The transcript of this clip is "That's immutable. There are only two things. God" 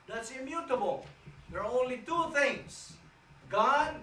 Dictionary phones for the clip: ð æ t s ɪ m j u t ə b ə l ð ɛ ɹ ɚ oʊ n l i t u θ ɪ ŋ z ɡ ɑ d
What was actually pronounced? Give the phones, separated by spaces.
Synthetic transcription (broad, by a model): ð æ t s ɪ m j u t ə b ə l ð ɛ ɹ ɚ oʊ n l i t u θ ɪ ŋ s ɡ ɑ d